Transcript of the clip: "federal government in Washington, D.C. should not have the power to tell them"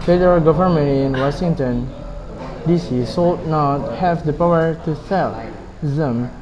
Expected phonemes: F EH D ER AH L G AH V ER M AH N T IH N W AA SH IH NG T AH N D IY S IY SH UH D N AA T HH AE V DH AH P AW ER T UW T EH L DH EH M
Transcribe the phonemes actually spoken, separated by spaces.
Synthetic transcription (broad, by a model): F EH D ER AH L G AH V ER M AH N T IH N W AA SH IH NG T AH N D IY S IY S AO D N AA T HH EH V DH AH P AW ER T UW S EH L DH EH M